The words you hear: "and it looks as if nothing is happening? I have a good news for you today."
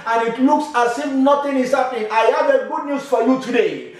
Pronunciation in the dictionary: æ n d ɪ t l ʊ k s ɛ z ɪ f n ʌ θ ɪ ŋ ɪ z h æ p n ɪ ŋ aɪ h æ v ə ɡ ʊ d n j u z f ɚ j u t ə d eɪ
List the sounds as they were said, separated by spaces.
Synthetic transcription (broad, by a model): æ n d ɪ t l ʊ k s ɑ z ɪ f n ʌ t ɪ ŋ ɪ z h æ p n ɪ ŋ aɪ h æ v ə ɡ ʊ d n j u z f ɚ j u t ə d eɪ